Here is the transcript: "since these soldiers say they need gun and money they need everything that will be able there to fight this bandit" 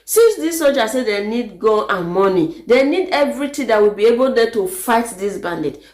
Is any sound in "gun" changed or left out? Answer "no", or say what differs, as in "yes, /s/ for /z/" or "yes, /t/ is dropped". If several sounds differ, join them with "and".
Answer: yes, /l/ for /n/